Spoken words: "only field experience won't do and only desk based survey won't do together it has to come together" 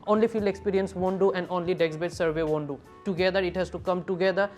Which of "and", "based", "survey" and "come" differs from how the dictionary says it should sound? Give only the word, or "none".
based